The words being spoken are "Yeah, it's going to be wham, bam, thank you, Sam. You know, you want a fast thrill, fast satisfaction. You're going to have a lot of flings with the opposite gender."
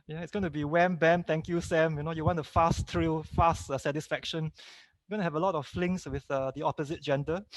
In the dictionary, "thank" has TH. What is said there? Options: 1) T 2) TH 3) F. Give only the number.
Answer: 1